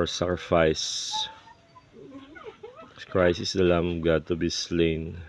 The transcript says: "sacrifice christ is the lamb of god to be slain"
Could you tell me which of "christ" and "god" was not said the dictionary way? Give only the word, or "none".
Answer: christ